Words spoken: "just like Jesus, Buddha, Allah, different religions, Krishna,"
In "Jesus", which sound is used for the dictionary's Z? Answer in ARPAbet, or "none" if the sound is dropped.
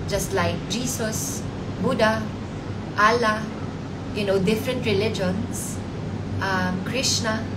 S